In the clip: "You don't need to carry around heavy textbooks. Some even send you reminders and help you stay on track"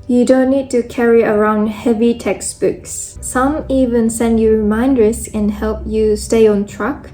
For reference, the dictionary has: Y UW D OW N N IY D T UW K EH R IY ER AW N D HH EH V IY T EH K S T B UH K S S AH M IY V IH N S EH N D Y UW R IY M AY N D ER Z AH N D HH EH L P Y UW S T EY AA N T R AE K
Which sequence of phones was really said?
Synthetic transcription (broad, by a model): Y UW D OW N N IY D T UW K EH R IY ER AW N D HH EH V IY T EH K S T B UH K S S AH M IY V IH N S EH N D Y UW R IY M AY N D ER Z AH N HH EH L P Y UW S T EY AA N T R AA K